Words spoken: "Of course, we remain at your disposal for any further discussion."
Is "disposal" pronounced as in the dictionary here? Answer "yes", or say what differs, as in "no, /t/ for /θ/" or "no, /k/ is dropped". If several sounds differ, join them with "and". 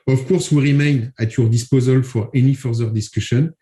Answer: yes